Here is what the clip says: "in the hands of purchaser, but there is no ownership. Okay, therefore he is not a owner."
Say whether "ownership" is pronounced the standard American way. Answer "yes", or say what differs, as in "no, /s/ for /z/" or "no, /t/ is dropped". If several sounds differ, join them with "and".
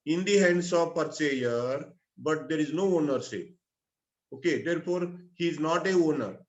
no, /s/ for /ʃ/ and /p/ is dropped